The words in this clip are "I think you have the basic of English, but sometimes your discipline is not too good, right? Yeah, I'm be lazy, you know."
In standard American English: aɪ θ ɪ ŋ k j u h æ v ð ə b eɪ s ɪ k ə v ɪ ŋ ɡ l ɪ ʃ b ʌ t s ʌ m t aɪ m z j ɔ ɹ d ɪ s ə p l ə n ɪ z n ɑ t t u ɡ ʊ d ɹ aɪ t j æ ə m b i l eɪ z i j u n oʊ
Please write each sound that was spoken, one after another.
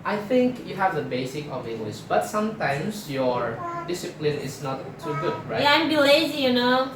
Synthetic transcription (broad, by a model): aɪ θ ɪ ŋ k j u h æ v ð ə b eɪ s ɪ k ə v ɪ ŋ ɡ l ɪ ʃ b ʌ t s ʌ m t aɪ m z j ɔ ɹ d ɪ s ə p l ə n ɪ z n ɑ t t u ɡ ʊ d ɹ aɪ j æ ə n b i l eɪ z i j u n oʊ